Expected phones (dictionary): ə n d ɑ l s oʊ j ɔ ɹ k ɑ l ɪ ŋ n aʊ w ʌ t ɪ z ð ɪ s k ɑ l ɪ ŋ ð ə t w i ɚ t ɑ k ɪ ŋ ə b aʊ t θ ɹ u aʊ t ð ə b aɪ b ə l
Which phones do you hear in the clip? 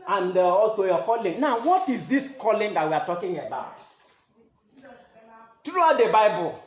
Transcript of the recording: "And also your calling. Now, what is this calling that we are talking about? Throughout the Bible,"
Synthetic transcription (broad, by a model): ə n d ɑ l s oʊ j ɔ k ɑ l ɪ ŋ n aʊ w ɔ t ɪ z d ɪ s k ɑ l ɪ ŋ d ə t w i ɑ t ɑ k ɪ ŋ ə b aʊ t t ɹ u aʊ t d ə b aɪ b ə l